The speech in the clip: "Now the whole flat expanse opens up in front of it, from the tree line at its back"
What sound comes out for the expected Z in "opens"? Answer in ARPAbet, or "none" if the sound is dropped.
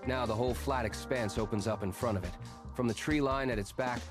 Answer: Z